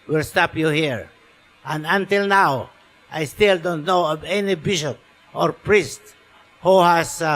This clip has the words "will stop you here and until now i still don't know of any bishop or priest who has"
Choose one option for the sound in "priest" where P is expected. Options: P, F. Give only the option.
P